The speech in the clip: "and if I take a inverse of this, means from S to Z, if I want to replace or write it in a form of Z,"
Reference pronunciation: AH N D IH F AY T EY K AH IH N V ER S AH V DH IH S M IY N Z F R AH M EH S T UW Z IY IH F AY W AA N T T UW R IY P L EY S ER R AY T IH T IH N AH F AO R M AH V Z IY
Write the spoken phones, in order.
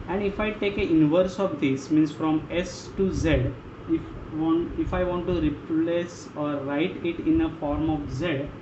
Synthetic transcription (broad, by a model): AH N D IH F AY T EY K AH IH N V ER S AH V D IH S M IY N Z F R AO M EH S T UW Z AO IH F AY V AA N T T UW R IY P L EY S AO R AY T IH T IH N AH F AO R M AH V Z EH